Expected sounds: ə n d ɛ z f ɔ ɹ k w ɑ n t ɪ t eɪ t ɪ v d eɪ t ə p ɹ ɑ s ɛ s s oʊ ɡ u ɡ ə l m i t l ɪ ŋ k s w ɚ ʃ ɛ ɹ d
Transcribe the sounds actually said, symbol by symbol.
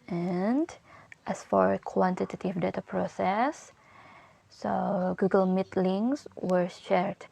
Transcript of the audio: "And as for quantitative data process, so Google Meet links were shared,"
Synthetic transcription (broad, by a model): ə n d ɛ s f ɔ ɹ k w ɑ n t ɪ t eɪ t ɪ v d eɪ t ə p ɹ ɑ s ɛ s s oʊ ɡ u ɡ ə l m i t l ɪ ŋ s w ɚ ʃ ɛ ɹ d